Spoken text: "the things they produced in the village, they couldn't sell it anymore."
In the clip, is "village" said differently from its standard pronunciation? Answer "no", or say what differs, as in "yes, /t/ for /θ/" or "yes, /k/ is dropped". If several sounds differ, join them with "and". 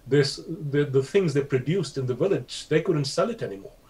no